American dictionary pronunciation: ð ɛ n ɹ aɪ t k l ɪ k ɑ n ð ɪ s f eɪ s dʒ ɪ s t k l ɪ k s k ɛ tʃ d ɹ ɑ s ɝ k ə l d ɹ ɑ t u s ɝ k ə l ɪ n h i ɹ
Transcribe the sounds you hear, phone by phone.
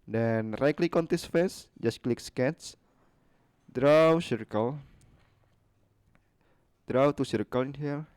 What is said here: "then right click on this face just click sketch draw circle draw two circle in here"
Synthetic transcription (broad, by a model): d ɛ n ɹ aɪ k l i k ɑ n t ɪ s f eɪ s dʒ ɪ s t k l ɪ k s k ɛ s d ɹ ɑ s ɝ k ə l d ɹ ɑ t u s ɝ k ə l ɪ n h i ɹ